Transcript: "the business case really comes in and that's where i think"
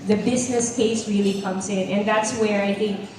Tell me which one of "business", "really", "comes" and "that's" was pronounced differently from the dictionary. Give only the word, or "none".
none